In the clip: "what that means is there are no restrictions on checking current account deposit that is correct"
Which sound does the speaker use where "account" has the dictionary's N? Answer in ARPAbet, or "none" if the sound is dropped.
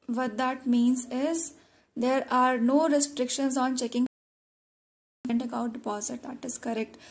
none